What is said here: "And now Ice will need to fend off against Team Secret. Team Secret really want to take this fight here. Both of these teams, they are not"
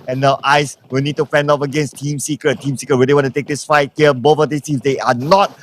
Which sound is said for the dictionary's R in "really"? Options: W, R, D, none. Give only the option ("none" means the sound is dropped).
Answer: W